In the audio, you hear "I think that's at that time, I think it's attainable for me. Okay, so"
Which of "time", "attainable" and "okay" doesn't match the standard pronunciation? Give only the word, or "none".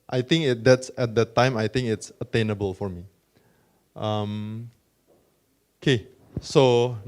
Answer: none